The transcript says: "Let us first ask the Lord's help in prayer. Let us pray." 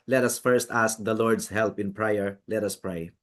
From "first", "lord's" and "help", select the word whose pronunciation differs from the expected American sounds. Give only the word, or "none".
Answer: lord's